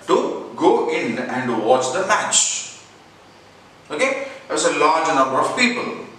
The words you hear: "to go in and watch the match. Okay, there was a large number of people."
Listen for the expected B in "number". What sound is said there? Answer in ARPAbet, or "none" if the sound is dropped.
B